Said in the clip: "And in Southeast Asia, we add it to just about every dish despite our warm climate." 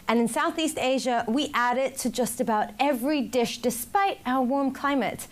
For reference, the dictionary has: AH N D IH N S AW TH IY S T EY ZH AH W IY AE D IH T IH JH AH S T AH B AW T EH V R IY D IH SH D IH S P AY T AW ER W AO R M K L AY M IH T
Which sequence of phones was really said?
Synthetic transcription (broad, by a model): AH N IH N S AW TH IY S T EY ZH AH W IY AE D IH T IH JH AH S T AH B AW T EH V R IY D IH SH D IH S P AY T AW ER W AO R M K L AY M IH T